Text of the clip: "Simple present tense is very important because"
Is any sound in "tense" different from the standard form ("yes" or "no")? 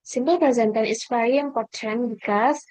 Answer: yes